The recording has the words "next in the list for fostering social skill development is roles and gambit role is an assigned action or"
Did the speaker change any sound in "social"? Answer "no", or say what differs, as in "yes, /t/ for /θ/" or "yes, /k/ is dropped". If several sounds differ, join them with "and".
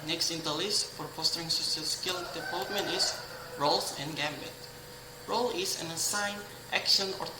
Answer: yes, /s/ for /ʃ/